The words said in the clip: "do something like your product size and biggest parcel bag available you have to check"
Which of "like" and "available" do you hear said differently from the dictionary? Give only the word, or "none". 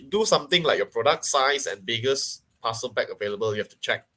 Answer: none